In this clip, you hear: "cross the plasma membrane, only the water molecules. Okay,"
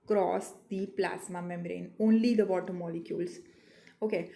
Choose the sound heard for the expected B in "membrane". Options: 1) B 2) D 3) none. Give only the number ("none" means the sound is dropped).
3